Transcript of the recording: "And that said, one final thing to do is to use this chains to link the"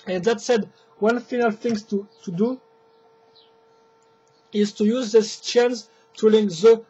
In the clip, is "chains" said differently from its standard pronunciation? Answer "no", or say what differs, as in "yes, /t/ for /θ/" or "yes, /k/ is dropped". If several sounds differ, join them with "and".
yes, /s/ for /z/